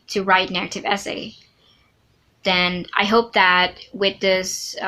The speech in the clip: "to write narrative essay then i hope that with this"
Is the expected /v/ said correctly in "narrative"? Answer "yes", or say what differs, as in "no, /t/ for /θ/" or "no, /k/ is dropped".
yes